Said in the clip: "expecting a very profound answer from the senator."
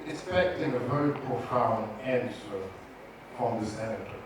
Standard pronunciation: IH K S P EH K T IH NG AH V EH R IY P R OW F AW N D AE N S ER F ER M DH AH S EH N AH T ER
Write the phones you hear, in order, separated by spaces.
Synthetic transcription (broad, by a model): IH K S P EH K T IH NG AH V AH IY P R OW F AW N AE N S ER P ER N DH AH S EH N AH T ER